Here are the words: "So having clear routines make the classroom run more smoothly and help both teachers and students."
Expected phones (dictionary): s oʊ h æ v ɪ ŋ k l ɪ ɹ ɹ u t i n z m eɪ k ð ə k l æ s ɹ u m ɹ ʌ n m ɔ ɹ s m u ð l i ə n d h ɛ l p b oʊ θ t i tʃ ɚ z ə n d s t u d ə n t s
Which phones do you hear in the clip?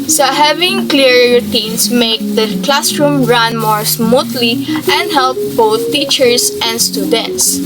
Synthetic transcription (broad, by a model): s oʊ h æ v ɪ ŋ k l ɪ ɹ ɹ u t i n s m eɪ k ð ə k l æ s ɹ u m ɹ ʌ n m ɔ ɹ s m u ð l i ə n d h ɛ l p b oʊ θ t i tʃ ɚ s ə n d s t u d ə n t s